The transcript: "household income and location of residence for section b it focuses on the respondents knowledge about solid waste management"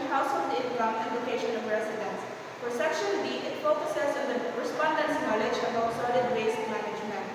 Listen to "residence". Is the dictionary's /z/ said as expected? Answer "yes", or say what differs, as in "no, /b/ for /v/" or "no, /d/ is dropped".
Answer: no, /s/ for /z/